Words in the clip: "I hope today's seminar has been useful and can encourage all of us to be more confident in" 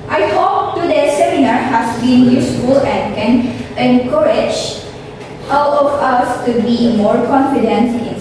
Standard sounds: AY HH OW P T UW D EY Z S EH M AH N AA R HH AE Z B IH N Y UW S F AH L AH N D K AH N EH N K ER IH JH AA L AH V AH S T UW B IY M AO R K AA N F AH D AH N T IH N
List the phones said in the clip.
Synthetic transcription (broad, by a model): AY HH OW P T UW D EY S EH M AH N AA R HH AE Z B IH N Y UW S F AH L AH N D K AH N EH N K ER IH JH AA W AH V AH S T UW B IY M AO R K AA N F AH D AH N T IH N